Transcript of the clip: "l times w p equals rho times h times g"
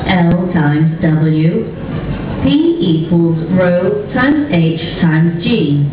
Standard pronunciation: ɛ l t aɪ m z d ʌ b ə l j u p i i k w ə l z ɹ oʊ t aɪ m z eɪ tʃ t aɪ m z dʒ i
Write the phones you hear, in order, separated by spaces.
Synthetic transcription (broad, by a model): ɛ l t aɪ m z d ʌ b ə l j u p i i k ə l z ɹ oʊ t aɪ m z eɪ tʃ t aɪ m z dʒ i